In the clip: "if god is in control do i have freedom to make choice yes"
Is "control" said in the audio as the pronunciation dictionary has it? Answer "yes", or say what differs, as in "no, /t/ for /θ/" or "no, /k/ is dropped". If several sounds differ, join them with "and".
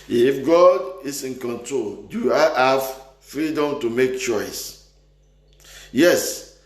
yes